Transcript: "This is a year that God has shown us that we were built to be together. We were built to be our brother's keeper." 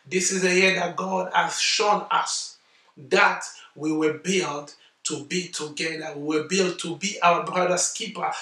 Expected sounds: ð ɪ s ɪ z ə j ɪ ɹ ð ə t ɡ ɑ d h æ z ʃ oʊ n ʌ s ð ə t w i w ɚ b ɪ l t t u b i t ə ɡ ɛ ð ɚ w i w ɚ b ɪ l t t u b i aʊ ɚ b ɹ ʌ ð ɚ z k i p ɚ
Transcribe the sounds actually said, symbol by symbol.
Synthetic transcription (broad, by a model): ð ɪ s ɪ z ə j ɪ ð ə t ɡ ɑ d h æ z ʃ oʊ n ʌ s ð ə t w i w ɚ b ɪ l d t u b i t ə ɡ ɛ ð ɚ w i w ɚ b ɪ l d t u b i aʊ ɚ b ɹ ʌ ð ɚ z k i p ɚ